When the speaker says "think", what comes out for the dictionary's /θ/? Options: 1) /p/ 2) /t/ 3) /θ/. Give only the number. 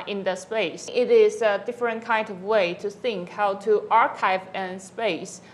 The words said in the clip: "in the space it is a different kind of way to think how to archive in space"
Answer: 3